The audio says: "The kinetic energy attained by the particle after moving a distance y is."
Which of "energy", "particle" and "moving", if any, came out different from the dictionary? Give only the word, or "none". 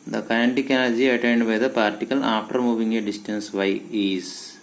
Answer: energy